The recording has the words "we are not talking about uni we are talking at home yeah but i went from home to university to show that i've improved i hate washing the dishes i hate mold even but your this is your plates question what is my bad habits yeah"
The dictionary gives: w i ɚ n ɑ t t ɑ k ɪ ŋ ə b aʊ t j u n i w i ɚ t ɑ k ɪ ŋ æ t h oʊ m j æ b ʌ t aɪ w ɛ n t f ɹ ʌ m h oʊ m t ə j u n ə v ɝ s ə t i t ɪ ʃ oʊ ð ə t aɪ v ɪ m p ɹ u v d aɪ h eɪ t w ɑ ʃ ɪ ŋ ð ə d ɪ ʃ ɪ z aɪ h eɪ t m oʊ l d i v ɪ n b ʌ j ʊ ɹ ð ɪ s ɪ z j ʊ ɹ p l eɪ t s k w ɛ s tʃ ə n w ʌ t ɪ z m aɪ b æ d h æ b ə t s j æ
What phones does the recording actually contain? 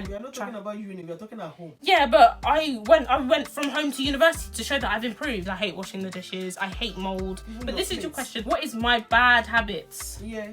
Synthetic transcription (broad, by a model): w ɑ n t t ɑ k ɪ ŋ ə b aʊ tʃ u i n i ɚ t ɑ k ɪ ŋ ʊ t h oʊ j æ b ʌ t aɪ w ɛ n t f ɹ ʌ m h oʊ m t ə j u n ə v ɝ s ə t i t ɪ ʃ oʊ ð ə t aɪ v ɪ m p ɹ u v d aɪ h eɪ t w ɑ ʃ ɪ ŋ ð ə d ɪ ʃ ɪ z aɪ h eɪ t m oʊ l d b ʌ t ð ɪ s ɪ z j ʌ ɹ k w ɛ s tʃ ə n w ʌ t ɪ z m aɪ b æ d h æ b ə t s j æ